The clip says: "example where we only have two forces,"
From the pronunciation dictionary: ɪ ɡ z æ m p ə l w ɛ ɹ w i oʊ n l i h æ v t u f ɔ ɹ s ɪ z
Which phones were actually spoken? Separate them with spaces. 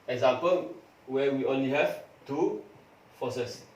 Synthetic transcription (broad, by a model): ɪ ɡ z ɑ m p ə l w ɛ w i oʊ n l i h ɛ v t u f ɔ s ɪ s